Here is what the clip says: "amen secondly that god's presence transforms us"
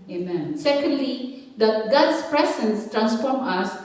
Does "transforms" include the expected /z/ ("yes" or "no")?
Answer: no